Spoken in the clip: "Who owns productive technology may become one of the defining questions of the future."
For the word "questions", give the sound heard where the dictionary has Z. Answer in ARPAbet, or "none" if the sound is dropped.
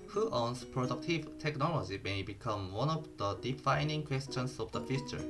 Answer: S